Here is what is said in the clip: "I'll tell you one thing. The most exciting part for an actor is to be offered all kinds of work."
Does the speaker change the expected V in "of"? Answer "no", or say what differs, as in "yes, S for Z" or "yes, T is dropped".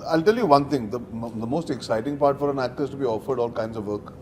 no